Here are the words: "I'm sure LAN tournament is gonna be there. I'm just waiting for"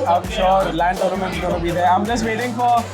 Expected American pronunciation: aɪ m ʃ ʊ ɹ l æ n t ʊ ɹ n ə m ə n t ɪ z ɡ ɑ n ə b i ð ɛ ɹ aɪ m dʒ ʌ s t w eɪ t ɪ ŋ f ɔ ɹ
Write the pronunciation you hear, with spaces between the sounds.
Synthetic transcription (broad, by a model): aɪ m ʃ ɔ ɹ l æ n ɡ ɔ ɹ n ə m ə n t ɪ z ɡ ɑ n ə b i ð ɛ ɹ aɪ m dʒ ʌ s t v eɪ t ɪ ŋ f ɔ ɹ